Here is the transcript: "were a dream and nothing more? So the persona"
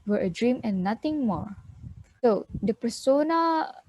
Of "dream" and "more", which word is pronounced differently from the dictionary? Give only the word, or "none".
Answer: none